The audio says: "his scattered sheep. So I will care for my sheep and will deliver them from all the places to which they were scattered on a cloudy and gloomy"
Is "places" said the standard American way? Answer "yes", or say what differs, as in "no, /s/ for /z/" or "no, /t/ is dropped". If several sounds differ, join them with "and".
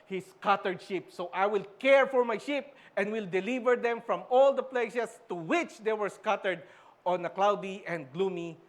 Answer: no, /s/ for /z/